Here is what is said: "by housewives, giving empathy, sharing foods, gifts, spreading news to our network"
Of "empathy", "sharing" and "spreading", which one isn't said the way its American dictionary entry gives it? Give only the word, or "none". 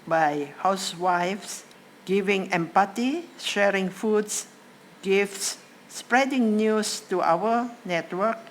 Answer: empathy